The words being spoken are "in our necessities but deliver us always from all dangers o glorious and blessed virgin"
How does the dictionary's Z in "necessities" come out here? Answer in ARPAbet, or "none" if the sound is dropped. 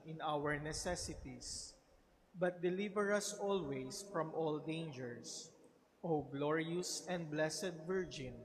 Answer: S